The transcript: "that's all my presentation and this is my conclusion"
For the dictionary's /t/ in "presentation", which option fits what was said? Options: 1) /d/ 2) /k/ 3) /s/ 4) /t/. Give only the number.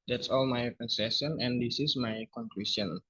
3